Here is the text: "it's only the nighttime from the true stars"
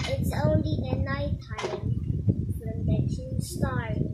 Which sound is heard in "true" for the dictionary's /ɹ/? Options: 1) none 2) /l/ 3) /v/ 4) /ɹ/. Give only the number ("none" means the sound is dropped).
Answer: 1